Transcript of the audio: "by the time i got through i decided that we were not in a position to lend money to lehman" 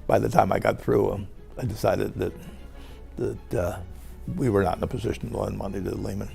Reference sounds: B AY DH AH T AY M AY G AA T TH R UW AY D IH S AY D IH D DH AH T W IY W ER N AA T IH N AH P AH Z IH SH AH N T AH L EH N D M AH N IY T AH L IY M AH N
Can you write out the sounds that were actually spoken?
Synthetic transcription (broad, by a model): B AY DH AH T AY M AY G AA T TH R UW AY D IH S AY D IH D DH AH T W IY W ER N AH T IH N AH P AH Z IH SH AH N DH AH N M AH N IY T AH L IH M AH N